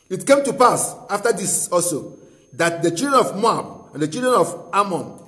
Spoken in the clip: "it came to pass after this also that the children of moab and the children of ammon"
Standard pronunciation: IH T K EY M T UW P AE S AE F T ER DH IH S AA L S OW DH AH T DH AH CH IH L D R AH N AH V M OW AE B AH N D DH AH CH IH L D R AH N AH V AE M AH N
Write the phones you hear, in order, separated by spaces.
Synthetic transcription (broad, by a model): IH T K EY M T UW P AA S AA F T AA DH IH S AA S OW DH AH T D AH CH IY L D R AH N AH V M OW AE B AH N D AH CH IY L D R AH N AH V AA M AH N